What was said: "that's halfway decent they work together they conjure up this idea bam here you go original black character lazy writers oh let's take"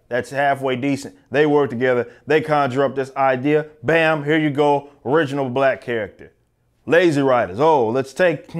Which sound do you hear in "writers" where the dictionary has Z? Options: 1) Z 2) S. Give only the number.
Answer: 1